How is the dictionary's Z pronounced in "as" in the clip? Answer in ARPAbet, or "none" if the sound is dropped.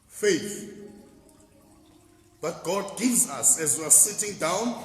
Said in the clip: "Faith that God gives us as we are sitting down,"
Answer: Z